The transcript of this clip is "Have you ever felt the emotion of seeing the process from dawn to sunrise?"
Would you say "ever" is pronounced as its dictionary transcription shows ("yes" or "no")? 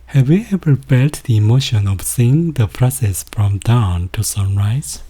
no